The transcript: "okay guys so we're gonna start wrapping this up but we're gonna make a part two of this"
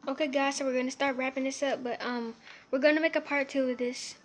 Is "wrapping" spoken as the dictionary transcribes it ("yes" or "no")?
yes